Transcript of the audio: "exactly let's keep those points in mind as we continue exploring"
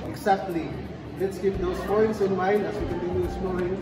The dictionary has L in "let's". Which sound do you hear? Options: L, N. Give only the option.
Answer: L